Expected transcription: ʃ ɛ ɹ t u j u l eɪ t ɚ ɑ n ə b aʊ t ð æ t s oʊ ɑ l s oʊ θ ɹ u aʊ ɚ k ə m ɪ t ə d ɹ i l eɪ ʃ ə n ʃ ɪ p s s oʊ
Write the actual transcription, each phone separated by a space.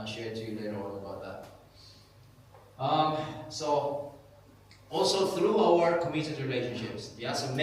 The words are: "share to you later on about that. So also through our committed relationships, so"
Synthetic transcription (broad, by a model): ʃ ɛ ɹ t u j u l eɪ t ɚ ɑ l ə b aʊ t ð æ t s oʊ ɑ l s oʊ θ ɹ u aʊ ɚ k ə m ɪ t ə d ɹ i l eɪ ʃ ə n ʃ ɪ p s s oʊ